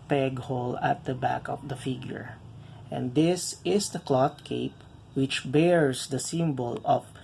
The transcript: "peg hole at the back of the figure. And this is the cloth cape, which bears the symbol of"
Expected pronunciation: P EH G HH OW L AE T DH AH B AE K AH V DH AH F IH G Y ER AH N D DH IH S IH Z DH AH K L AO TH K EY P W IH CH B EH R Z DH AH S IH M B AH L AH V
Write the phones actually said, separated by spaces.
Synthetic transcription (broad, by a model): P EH G HH OW L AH T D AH B AE K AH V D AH F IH G Y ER AH N D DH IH S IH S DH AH K L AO T K EY P W IH CH B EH R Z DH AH S IH M B AH L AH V